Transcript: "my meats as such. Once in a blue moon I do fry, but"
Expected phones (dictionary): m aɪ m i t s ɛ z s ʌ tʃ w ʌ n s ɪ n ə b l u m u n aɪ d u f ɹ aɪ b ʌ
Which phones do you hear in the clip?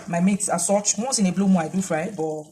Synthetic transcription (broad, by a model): m aɪ m i t s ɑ s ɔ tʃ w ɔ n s ɪ n ə b l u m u aɪ d u f ɹ aɪ b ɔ